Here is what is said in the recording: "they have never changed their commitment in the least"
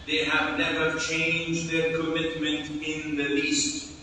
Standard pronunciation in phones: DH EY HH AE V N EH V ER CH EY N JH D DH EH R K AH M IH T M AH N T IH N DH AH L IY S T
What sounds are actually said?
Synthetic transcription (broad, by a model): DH EY HH AE V L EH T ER CH EY N JH D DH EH R K AH M IH T M AH N T IH N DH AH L IY S T